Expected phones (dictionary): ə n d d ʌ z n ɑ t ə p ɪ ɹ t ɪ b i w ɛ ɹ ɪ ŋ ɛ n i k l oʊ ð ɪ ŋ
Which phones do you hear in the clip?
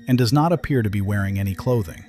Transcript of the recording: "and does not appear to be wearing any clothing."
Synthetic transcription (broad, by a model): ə n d d ʌ z n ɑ t ə p ɪ ɹ t ɪ b i w ɛ ɹ ɪ ŋ ɛ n i k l oʊ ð ɪ ŋ